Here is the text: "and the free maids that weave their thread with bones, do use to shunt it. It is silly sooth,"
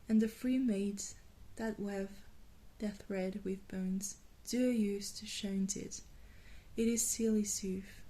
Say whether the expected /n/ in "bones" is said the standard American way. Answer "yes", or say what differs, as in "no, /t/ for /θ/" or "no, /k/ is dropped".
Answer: yes